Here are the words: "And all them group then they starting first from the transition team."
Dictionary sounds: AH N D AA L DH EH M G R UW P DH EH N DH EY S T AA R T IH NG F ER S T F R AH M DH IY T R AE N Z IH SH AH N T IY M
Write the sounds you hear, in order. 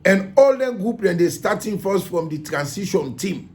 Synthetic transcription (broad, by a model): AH N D AA L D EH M G R UW P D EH N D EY S T AA T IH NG F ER S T F R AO M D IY T R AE N S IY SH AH N T IY M